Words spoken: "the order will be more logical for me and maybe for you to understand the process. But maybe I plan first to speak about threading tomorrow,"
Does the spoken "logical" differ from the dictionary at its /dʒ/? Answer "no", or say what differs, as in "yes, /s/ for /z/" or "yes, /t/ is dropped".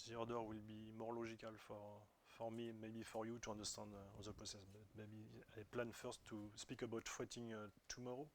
yes, /ʒ/ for /dʒ/